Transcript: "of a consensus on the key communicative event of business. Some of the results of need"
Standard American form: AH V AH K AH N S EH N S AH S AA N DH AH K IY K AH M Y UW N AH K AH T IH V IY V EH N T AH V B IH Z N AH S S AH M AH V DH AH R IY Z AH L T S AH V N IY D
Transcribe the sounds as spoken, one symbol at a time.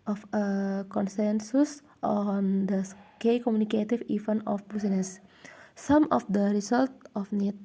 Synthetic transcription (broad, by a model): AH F AH K AH N S EH N S AH S AA N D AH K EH K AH M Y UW N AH K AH T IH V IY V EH N AH F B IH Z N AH S S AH M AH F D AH R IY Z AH L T AH F N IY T